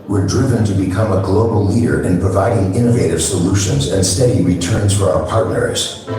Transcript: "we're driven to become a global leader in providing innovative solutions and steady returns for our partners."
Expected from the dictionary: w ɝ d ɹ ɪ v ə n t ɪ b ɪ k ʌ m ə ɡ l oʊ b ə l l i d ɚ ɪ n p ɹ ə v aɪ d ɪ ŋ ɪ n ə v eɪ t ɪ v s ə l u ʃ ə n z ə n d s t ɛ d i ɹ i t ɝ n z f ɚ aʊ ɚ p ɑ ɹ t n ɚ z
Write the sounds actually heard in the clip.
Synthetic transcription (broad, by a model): w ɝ d ɹ ɪ v ə n t ɪ b ɪ k ʌ m ə ɡ l oʊ b l l i d ɚ ɪ n p ɹ ə v aɪ d ɪ ŋ ɪ n ə v eɪ t ɪ v s ə l u ʃ ə n z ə n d s t ɛ d i ɹ i t ɝ n z f ɚ aʊ ɚ p ɑ ɹ t n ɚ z